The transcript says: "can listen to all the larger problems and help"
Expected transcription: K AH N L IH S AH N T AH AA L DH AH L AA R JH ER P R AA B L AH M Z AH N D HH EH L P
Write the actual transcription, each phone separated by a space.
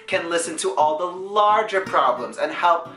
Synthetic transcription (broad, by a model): K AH N L IH S AH N T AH AA L DH AH L AA R JH ER P R AA B L AH M Z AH N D HH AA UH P